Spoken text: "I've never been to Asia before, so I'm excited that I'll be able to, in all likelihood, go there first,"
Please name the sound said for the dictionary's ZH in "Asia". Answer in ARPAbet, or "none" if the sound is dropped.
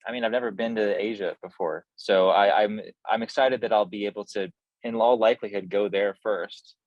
ZH